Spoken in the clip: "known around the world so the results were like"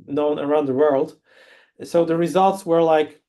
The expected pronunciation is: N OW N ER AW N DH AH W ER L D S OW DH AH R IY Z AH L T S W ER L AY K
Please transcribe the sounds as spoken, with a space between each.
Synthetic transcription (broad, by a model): N OW N ER AW N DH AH W ER L D S OW DH AH R IY Z AH L T S W ER L AY K